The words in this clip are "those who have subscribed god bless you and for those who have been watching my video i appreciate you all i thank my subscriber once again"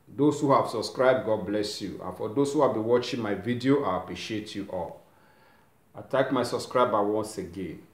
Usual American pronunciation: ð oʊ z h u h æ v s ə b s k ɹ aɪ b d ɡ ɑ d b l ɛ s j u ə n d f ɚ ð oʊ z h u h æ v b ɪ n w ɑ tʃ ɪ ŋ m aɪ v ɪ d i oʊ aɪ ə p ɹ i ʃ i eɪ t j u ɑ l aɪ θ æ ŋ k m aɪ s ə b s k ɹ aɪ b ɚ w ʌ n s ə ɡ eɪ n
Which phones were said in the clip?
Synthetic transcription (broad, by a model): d oʊ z h u h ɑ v s ə b s k ɹ aɪ b d ɡ ɑ d b l ɛ s j u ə n f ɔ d oʊ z h u h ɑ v b ɪ n w ɑ tʃ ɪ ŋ m aɪ v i d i oʊ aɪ ə p ɹ i ʃ i eɪ t j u ɑ l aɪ t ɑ k m aɪ s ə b s k ɹ aɪ b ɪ w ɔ n s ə ɡ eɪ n